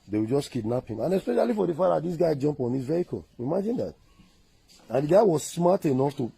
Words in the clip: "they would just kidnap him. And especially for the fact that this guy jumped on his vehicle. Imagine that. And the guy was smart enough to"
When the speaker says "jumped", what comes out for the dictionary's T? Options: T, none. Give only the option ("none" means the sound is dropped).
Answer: none